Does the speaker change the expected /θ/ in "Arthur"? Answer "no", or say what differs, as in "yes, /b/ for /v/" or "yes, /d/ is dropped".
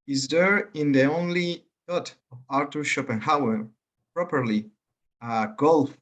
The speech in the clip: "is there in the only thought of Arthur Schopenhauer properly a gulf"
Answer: yes, /t/ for /θ/